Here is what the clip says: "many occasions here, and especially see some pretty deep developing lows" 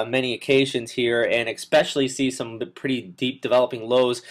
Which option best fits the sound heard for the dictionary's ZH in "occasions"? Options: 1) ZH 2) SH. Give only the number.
1